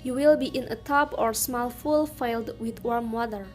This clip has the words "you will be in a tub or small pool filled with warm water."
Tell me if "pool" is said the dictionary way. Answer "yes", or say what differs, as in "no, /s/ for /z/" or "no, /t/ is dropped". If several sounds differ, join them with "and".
no, /f/ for /p/